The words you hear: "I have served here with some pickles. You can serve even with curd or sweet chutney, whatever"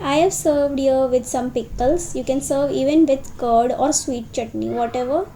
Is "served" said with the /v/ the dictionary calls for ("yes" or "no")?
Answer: yes